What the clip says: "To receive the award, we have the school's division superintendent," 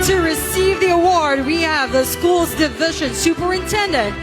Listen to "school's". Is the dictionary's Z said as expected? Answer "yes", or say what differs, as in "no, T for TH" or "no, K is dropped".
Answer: yes